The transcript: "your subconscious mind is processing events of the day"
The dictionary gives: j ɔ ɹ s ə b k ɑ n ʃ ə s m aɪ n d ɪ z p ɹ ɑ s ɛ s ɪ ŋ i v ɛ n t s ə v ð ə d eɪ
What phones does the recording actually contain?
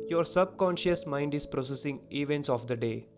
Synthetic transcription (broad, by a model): j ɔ ɹ s ə b k ɑ n ʃ ə s m aɪ n d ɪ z p ɹ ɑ s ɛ s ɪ ŋ i v ɛ n t s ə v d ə d eɪ